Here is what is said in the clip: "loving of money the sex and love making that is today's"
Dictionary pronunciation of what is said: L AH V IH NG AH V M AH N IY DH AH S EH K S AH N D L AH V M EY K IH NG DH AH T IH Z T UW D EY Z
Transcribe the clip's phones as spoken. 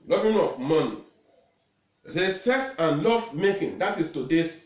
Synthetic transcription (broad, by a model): L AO V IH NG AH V M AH N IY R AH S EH S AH N L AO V M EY K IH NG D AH T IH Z T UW D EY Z